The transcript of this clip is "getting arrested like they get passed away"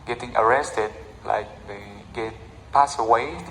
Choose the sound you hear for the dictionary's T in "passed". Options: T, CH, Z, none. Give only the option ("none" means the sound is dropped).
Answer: none